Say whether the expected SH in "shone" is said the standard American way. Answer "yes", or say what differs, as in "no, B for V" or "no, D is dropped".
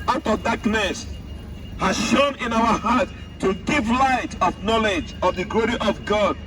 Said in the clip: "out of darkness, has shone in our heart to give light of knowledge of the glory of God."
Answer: yes